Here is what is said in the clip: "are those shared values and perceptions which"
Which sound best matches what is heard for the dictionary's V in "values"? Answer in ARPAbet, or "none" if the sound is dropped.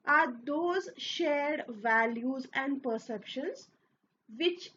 V